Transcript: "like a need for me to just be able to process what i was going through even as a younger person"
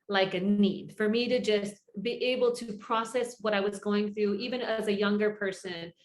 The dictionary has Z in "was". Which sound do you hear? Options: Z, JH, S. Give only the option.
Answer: Z